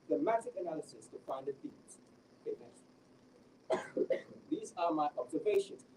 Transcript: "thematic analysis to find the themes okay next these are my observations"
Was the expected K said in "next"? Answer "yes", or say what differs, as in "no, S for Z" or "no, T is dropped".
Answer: no, K is dropped